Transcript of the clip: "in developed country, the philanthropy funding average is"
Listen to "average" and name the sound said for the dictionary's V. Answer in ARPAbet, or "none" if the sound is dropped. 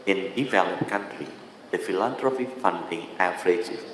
F